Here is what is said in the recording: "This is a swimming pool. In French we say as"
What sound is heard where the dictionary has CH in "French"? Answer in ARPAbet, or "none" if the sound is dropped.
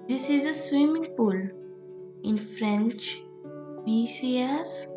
CH